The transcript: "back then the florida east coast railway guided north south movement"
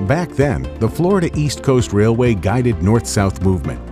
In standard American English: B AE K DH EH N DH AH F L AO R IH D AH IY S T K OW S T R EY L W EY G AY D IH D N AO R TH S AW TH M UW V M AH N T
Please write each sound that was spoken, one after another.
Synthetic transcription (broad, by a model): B AE K DH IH N DH AH F L AO R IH D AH IY S T K OW S T R EY L W EY G AY D IH D N AO R TH S AW TH M UW V M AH N T